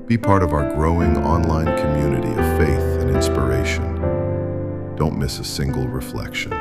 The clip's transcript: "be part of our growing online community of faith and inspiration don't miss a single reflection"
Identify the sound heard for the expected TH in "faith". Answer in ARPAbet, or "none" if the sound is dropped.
TH